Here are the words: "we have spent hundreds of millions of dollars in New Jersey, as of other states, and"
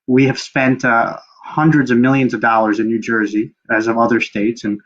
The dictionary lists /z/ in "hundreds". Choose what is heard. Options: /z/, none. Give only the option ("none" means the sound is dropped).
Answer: /z/